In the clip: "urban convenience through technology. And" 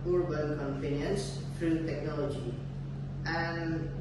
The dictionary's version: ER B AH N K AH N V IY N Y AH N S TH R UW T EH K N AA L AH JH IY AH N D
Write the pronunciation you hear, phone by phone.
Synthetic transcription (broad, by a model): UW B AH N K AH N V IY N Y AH N S F R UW T EH K N AA L AH JH IY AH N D